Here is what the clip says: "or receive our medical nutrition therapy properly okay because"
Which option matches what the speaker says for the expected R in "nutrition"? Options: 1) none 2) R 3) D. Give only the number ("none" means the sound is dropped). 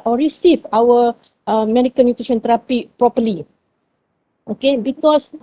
1